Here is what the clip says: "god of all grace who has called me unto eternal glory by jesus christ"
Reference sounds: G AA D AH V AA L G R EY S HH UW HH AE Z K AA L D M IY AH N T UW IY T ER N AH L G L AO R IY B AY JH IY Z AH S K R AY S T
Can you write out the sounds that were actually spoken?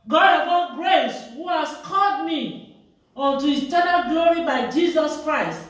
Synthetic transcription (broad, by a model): G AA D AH P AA N G R EY S HH UW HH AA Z K AA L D M IY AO N T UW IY T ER N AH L G L AO R IY B AY JH IY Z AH S K R AY S T